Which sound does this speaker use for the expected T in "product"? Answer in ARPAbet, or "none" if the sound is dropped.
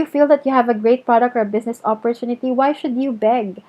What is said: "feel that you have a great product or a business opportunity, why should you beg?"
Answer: T